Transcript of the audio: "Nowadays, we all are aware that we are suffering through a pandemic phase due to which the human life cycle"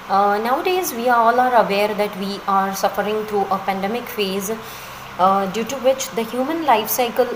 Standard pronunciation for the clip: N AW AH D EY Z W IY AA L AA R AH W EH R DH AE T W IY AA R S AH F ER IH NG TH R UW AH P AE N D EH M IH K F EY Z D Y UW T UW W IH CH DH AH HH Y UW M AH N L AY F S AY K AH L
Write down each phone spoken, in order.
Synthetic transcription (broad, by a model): N AW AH D EY Z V IY AA L AA R AH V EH R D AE T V IY AA R S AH F ER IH NG T R UW AH P AE N D EH M IH K F EY Z D Y UW T UW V IH CH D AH HH Y UW M AH N L AY F S AY K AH L